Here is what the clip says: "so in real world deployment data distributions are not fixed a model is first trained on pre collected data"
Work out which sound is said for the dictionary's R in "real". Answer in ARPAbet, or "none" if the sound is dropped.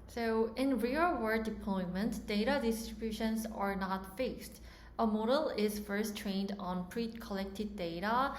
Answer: R